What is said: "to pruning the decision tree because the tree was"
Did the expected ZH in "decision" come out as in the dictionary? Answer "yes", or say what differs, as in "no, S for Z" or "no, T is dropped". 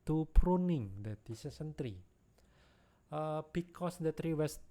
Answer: no, S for ZH